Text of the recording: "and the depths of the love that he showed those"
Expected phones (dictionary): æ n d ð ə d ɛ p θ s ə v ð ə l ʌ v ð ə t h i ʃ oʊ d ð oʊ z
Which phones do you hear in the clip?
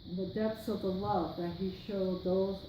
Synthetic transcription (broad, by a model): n ð ə d ɛ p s ə v ð ə w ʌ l ð ə t h i ʃ oʊ d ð oʊ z